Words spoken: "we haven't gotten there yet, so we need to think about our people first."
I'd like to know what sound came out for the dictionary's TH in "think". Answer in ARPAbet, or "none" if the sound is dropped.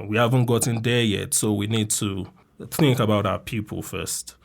TH